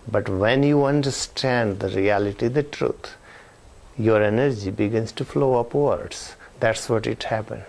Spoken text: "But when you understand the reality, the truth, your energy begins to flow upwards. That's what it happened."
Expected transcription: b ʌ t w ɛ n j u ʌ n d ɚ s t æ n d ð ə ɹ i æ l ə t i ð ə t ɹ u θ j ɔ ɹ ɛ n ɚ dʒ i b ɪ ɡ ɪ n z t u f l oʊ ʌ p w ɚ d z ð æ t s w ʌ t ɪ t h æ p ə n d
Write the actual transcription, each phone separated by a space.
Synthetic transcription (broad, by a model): b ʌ t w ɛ n j u ʌ n d ɚ s t æ n d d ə ɹ i æ l ə t i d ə t ɹ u t j ɔ ɹ ɛ n ɚ dʒ i b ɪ ɡ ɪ n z t u f l oʊ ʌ p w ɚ d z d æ t s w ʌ t ɪ t h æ p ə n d